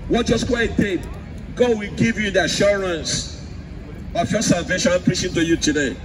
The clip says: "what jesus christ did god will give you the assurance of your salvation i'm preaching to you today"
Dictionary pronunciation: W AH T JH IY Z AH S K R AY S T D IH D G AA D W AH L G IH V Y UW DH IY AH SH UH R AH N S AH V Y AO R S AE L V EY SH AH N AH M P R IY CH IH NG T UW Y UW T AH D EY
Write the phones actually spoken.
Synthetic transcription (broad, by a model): W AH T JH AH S K W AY T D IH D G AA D W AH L G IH V Y UW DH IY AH SH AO R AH N S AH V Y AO S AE L V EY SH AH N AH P R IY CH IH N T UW Y UW T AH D EY